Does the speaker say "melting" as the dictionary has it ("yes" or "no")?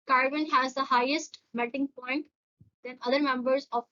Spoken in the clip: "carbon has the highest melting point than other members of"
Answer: no